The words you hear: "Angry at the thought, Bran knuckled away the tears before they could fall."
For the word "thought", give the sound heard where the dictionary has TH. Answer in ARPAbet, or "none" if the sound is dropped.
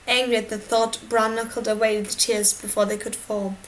TH